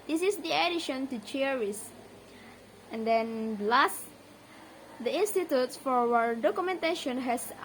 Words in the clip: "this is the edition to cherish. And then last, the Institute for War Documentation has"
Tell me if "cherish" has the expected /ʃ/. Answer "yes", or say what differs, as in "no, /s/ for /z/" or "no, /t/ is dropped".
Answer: no, /s/ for /ʃ/